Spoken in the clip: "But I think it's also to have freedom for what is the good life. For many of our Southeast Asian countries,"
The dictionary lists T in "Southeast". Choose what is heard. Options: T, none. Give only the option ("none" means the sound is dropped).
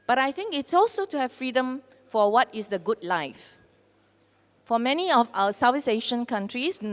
none